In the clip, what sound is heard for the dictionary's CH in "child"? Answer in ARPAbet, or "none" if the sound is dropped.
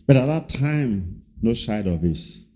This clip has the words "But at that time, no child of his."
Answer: SH